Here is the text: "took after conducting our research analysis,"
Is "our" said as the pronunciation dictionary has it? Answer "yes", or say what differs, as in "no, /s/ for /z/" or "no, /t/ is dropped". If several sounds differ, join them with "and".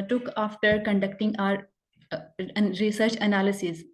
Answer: yes